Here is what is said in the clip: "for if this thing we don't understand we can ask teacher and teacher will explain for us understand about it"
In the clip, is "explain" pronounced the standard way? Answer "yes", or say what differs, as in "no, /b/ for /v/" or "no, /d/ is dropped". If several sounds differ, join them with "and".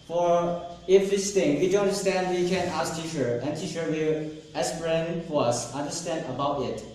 no, /k/ is dropped